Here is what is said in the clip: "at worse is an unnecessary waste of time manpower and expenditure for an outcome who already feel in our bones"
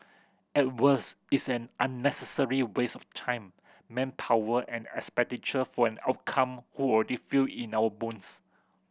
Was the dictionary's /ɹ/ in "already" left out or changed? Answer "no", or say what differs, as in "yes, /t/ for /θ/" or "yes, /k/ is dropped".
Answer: yes, /l/ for /ɹ/